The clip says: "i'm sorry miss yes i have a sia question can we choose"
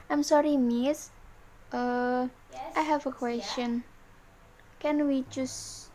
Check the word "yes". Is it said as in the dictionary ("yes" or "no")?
no